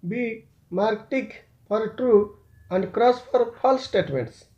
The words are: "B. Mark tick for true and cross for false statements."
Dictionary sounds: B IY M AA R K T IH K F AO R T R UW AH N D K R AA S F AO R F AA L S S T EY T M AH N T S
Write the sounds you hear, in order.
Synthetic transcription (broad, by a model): B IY M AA R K T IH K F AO R T R UW AH N D K R AA S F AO R P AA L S S T EY T M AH N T S